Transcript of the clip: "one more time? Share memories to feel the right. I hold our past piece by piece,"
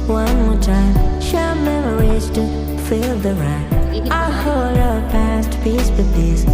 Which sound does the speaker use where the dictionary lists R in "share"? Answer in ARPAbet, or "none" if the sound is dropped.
L